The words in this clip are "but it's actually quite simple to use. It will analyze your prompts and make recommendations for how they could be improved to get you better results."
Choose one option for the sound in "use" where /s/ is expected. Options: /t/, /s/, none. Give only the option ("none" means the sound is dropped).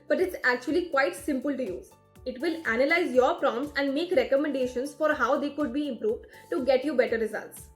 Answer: none